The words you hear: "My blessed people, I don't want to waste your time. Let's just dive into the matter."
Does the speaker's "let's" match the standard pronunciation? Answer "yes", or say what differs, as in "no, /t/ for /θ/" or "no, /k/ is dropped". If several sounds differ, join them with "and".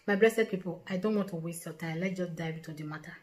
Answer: no, /s/ is dropped